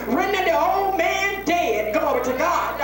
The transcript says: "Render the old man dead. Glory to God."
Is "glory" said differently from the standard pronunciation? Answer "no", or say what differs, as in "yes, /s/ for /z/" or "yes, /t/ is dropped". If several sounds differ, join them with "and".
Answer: yes, /l/ is dropped and /ɹ/ is dropped